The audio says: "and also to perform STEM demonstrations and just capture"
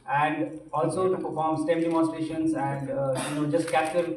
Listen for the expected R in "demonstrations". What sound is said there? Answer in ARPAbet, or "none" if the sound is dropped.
none